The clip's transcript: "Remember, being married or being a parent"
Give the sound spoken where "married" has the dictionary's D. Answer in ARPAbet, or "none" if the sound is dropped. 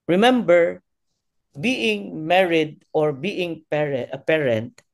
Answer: D